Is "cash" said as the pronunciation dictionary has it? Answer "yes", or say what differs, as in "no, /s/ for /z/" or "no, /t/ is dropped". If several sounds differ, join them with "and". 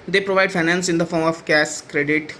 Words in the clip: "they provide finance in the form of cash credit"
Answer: no, /s/ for /ʃ/